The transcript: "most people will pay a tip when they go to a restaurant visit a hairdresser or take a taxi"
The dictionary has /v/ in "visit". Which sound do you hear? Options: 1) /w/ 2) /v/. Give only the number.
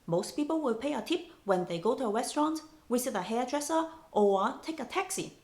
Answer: 1